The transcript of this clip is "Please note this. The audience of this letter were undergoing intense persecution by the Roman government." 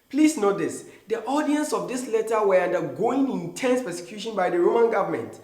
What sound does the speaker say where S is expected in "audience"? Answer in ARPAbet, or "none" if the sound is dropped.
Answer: S